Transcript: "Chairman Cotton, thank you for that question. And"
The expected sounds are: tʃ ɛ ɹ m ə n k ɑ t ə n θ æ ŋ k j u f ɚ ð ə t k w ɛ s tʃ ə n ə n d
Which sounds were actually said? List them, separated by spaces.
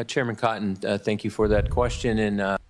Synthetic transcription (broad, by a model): tʃ ɛ ɹ m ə n k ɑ t n θ æ ŋ k j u f ɚ ð ə t k w ɛ s tʃ ə n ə n